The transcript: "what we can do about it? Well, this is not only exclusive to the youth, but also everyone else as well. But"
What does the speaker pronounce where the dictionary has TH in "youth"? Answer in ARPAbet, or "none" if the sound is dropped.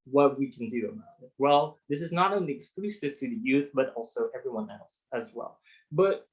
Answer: TH